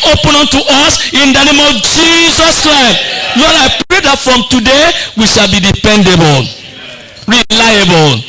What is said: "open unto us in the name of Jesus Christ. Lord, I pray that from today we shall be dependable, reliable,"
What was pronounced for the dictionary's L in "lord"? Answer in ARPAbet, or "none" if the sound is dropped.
N